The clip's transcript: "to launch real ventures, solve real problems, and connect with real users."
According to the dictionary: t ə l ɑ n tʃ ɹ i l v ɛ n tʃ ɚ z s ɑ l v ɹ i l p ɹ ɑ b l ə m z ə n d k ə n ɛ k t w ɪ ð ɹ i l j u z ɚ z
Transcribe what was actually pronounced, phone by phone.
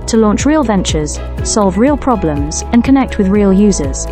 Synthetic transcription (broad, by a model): t ə l ɑ n tʃ ɹ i l v ɛ n tʃ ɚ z s ɑ l v ɹ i l p ɹ ɑ b l ə m z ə n k ə n ɛ k t w ɪ ð ɹ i l j u z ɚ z